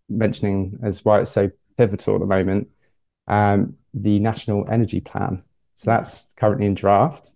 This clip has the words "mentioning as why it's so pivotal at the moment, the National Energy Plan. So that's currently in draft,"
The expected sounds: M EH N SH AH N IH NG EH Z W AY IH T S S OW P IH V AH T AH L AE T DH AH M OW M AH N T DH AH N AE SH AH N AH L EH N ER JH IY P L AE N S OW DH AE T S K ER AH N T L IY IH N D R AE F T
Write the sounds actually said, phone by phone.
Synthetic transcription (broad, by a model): M EH N SH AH N IH NG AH Z W AY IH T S S OW P IH V AH T AH L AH T DH AH M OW M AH N T DH AH N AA SH AH N AH L EH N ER JH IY P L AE N S OW DH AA T S K ER AH N T L IY IH N D R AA F T